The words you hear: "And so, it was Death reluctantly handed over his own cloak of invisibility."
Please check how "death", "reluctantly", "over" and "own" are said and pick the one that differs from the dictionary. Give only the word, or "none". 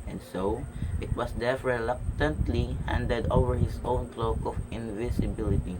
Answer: death